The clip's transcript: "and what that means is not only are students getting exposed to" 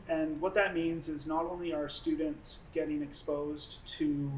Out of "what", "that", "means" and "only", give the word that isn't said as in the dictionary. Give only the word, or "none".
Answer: none